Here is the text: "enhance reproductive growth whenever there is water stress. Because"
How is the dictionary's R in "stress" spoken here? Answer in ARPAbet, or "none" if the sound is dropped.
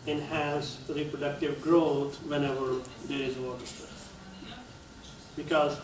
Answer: none